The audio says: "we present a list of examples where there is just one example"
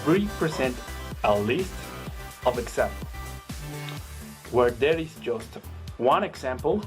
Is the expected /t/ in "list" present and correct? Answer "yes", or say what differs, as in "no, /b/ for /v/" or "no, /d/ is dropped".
yes